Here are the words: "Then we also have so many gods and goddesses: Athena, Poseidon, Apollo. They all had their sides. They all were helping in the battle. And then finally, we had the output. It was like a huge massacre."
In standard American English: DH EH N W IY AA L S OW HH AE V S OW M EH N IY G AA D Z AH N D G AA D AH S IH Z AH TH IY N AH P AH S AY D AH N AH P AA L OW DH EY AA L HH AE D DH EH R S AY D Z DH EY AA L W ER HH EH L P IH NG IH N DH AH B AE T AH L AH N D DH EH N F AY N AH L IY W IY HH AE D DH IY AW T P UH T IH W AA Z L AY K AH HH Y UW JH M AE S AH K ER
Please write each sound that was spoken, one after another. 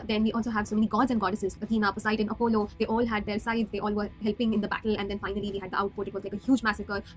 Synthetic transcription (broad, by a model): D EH N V IY AA L S OW HH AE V S OW M EH N IY G AA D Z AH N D G AA D AH S IH Z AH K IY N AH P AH S AY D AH N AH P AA L OW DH EY AA L HH AE D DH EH R S AY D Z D EY AA L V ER HH EH L P IH NG IH N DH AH B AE T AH L AH N D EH N F AY N AH L IY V IY HH AE D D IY AW T P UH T IH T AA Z L AY K AH HH Y UW JH M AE S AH K ER